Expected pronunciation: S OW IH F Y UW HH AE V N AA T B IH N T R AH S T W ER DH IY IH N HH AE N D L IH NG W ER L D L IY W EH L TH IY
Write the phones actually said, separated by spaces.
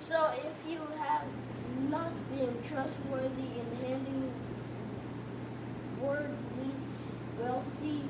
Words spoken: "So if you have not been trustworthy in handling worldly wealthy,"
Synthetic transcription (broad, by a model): S OW IH F Y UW HH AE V N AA T B IH N T R AH S T W ER DH IY IH N HH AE N D IH NG W ER D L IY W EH L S IY